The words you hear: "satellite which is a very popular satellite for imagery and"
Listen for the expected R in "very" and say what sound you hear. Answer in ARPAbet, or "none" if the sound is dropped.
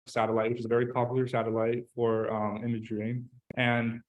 R